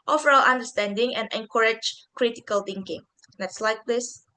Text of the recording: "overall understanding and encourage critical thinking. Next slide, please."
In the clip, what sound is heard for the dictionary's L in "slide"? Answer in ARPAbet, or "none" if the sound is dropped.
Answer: L